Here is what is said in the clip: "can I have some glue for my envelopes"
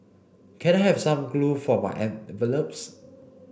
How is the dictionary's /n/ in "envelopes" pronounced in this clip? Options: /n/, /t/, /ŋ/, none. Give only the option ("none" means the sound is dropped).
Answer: none